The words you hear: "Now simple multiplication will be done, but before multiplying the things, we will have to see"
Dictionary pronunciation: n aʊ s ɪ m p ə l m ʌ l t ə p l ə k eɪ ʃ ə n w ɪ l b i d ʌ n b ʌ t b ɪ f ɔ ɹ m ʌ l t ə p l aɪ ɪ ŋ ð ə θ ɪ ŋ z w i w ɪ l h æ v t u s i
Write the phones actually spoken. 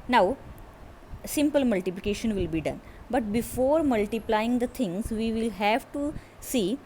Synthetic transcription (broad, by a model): n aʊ s ɪ m p ə l m ʌ l t ə p l ə k eɪ ʃ ə n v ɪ l b i d ʌ n b ʌ t b ɪ f ɔ ɹ m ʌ l t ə p l aɪ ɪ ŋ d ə t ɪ ŋ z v i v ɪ l h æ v t u s i